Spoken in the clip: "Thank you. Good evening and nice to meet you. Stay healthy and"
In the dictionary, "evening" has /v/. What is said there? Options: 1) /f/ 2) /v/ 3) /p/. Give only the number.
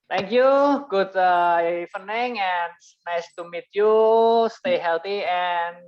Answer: 1